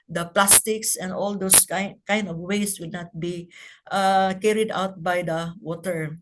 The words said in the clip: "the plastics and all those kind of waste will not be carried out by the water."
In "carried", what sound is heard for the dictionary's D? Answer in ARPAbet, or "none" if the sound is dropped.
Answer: D